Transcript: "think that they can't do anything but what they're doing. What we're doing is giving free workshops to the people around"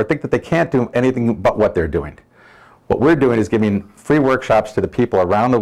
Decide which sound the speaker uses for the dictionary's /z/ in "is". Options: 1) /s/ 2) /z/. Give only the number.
2